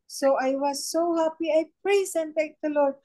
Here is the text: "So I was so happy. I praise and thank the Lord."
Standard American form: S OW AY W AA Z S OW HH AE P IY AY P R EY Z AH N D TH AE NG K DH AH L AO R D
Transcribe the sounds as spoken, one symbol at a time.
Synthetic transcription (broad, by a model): S OW AY W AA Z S OW HH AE P IY AY P R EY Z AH N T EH K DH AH L AO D